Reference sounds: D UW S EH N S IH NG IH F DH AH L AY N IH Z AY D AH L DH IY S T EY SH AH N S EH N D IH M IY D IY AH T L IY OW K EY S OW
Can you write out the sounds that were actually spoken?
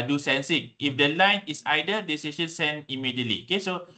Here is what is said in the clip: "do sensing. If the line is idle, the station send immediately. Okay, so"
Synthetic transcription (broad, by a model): D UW S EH N S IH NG IH F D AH L AY N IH S AY D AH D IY S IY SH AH N S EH N IH M IY D IY AH T L IY OW K EY S OW